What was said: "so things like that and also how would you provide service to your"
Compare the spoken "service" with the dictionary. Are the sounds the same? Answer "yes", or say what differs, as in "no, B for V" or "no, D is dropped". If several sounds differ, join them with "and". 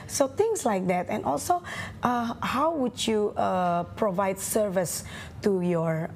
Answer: yes